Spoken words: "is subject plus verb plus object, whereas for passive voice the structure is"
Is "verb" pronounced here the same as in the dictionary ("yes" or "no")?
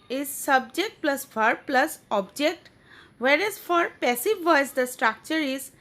no